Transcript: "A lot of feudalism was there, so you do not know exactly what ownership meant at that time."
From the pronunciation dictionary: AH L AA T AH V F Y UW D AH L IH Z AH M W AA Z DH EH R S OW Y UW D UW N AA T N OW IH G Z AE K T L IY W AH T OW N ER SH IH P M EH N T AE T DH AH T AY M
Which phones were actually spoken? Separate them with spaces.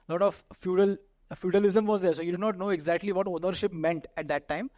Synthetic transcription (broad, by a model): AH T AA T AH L F Y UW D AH L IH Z AH M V AA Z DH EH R S OW Y UW D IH N AA T N OW IH G Z AE K T L IY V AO T OW N ER SH IH P M EH N T AE T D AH T AY M